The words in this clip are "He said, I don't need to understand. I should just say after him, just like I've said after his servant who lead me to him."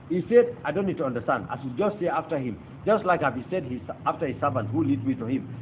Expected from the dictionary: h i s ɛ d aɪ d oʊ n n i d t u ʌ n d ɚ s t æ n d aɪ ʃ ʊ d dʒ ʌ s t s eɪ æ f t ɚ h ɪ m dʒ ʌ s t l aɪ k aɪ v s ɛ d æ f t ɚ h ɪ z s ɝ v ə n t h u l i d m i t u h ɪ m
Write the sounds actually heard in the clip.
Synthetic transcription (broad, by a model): h i s ɛ d aɪ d oʊ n n i d t u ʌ n d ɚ s t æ n d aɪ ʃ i dʒ ʌ s t s eɪ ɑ f t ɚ h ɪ m dʒ ʌ s t l aɪ k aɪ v s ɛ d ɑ f t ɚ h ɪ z s ɝ v ə n t h u l i d m i t u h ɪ m